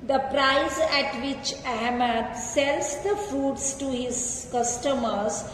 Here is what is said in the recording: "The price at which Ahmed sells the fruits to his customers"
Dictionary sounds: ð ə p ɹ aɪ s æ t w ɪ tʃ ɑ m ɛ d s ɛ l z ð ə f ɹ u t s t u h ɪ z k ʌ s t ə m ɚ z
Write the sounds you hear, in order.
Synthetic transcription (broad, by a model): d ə p ɹ aɪ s æ t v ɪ tʃ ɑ m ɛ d s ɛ l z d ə f u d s t u h ɪ z k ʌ s t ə m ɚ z